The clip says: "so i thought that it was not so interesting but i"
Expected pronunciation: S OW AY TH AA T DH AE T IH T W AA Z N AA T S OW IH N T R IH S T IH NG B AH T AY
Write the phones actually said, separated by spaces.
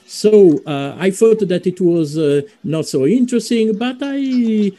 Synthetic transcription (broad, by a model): S OW AY F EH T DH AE T IH T W AA Z N AA T S OW IH N T R IH S T IH NG B AH T AY